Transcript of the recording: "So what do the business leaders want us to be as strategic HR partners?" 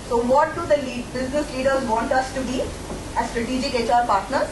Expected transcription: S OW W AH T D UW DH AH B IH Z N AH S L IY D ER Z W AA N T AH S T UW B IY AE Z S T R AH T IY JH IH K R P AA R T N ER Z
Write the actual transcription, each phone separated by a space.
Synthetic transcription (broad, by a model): S OW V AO T D UW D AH B IH Z N AH S L IY D ER Z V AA N T AH S T UW B IY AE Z S T R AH T IY JH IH K R P AA R T N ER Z